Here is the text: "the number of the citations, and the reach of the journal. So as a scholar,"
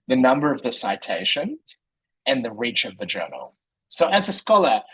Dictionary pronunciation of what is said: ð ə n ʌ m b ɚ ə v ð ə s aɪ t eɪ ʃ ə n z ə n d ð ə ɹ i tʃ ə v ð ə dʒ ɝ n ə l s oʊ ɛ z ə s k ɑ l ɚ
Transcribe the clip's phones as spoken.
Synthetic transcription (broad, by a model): ð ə n ʌ m b ɚ ə v ð ə s aɪ t eɪ ʃ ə n ə n ð ə ɹ i tʃ ə v ð ə dʒ ɝ n l s oʊ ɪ z ə s k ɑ l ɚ